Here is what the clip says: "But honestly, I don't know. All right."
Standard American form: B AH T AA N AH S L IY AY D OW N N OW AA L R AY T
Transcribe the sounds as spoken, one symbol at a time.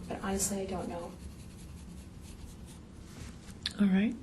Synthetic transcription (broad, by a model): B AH T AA AH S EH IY AY D OW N N OW AA L R AY T